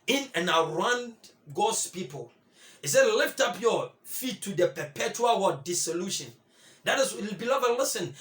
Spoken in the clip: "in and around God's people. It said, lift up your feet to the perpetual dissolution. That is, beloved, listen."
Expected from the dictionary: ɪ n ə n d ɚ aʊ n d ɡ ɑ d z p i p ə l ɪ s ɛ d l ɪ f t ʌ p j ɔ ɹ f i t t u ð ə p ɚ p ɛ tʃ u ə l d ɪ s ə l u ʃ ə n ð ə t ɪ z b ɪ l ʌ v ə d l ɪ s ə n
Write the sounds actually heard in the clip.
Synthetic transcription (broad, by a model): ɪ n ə n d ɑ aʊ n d ɡ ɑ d s p i p ə l ɪ s ɛ d l ɪ f t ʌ p j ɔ f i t t u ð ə p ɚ p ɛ tʃ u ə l d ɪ s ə l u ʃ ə n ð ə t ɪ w b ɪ l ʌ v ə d l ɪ s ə n